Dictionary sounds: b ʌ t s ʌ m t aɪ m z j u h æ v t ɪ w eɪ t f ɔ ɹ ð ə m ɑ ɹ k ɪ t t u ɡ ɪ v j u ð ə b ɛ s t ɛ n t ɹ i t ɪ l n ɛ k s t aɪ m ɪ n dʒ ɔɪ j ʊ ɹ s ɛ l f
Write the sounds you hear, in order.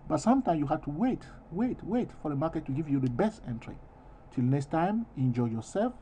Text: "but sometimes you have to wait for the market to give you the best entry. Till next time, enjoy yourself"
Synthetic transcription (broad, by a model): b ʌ t s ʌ m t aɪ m j u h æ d t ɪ w eɪ t f ɔ ɹ ð ə m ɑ ɹ k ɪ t t u ɡ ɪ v j u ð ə b ɛ s t ɛ n t ɹ i t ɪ l n ɛ k s t aɪ m ɪ n dʒ ɔɪ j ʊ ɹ s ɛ l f